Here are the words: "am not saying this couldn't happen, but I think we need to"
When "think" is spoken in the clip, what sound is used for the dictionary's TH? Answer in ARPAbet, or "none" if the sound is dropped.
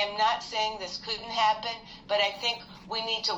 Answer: TH